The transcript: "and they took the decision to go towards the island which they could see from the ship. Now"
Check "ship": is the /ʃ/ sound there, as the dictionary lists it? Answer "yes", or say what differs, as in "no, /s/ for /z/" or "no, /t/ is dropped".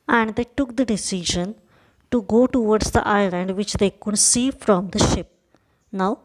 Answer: yes